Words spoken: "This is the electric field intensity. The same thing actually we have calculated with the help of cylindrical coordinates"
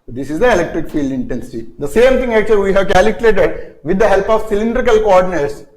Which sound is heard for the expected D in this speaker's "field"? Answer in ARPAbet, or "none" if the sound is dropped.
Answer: D